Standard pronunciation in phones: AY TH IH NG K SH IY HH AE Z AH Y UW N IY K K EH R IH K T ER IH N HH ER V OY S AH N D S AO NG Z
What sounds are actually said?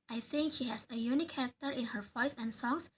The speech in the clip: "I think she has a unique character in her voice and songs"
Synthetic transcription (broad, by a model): AY TH IH NG K SH IY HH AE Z AH Y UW N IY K K EH R IH K T ER IH N HH ER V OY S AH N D S AO NG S